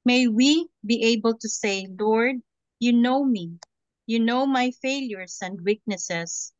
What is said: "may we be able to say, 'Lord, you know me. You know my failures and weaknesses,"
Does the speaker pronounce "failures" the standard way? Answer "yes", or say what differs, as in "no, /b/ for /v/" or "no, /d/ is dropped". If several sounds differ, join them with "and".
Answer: no, /s/ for /z/